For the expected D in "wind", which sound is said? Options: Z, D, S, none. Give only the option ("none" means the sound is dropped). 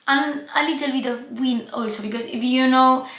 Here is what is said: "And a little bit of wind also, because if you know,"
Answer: none